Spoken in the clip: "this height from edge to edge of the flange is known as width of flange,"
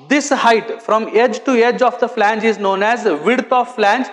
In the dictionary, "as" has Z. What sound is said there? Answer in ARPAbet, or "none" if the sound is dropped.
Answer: Z